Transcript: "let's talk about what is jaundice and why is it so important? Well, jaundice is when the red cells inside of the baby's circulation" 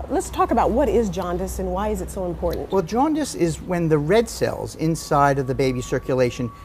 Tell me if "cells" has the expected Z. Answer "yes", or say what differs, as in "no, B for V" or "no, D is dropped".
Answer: yes